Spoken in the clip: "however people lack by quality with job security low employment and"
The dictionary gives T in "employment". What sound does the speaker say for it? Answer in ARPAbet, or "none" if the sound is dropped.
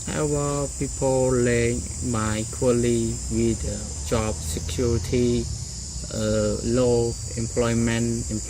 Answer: none